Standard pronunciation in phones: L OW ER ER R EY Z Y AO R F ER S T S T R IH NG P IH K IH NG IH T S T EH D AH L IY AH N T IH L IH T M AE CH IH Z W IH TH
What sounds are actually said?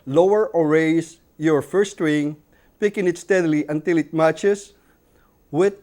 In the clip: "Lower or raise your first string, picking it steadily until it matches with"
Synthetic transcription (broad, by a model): L OW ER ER R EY S Y AO R F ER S S T R IH NG P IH K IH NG IH T S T EH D L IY AH N T IH L IH T M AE CH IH S W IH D